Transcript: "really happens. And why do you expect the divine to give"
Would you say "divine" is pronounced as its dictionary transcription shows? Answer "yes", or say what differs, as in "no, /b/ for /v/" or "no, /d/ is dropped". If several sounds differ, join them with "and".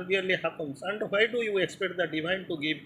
yes